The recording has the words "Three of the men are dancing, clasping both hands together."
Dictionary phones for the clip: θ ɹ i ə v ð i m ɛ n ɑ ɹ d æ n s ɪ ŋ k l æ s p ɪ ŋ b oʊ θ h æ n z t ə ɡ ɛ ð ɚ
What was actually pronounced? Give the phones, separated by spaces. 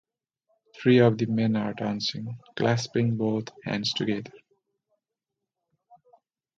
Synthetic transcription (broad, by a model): t ɹ i ə v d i m ɛ n ɑ ɹ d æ n s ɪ ŋ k l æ s p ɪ ŋ b oʊ t h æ n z t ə ɡ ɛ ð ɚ